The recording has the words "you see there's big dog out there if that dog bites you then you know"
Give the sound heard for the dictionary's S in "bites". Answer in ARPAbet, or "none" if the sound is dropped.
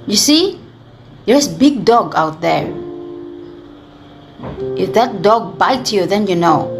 none